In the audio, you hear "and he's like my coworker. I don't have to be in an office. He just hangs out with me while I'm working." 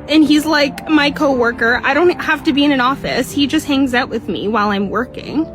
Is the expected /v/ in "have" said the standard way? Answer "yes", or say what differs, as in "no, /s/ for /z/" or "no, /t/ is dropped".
no, /f/ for /v/